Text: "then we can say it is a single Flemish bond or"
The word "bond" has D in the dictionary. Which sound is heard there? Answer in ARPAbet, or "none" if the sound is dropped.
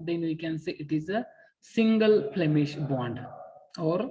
D